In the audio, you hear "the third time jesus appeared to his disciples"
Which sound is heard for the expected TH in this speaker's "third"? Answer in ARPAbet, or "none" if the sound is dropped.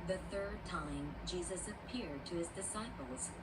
TH